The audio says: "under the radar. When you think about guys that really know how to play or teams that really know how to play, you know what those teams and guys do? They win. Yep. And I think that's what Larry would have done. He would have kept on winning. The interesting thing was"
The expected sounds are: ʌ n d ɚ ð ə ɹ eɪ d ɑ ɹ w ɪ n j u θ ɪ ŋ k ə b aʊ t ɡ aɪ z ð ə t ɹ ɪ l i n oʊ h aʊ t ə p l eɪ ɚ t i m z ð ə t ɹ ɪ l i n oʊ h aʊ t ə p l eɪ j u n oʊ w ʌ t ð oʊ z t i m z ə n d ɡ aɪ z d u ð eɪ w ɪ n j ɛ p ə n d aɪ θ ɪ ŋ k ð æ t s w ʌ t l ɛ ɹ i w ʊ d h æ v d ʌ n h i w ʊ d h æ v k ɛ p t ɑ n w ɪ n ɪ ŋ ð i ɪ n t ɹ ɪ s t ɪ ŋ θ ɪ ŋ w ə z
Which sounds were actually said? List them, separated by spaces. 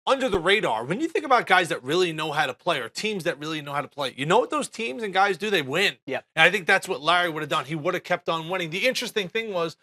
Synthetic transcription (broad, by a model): ʌ n d ɚ ð ə ɹ eɪ d ɑ ɹ w ɪ n j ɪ θ ɪ ŋ k ə b aʊ t ɡ aɪ z ð ə t ɹ ɪ l i n oʊ h aʊ t ə p l eɪ ɚ t i m z ð ə t ɹ ɪ l i n oʊ h aʊ t ə p l eɪ j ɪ n oʊ w ʌ t ð oʊ z t i m z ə n ɡ aɪ z d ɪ ð eɪ w ɪ n j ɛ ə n aɪ θ ɪ ŋ k ð æ t s w ʌ t l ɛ ɹ i w ʊ d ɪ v d ʌ n i w ʊ d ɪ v k ɛ p t n w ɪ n ɪ ŋ ð i ɪ n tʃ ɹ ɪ s t ɪ ŋ θ ɪ ŋ w ə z